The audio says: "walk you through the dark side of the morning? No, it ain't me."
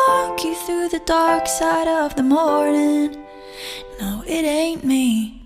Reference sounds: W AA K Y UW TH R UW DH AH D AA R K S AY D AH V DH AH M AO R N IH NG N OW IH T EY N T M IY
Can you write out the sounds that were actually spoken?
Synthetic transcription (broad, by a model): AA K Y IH TH R UW DH AH D AA R K S AY D AH V DH AH M AO R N IH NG N OW IH T EY N M IY